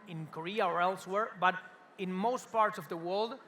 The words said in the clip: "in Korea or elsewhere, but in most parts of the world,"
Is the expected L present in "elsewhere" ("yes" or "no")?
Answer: yes